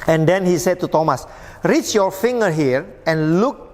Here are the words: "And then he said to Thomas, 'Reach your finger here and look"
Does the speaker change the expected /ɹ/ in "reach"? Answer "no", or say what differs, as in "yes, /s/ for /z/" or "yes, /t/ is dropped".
no